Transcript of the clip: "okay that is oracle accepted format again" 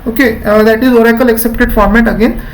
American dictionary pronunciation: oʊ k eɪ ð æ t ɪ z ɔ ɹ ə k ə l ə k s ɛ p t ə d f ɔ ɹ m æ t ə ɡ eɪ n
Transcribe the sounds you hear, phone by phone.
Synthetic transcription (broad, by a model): oʊ k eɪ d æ t ɪ z ɔ ɹ ə k ə l ə k s ɛ p t ə d f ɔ ɹ m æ t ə ɡ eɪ n